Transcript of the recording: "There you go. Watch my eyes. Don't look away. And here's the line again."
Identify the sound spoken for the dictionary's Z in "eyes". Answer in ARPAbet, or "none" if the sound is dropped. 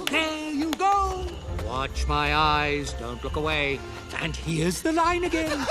Z